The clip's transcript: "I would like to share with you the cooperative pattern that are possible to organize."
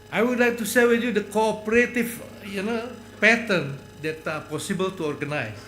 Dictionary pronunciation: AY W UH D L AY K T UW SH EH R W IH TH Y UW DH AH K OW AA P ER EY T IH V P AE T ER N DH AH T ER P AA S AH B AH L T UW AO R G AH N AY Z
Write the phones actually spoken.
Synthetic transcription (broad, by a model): AY W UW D L AY K T UW S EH L W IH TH Y UW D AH K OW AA P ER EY T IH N P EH T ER N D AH T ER P AA S AH B AH L T UW AO R G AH N AY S